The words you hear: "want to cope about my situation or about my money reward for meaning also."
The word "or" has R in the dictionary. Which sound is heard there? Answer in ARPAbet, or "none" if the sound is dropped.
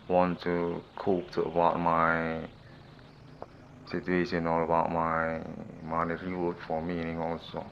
L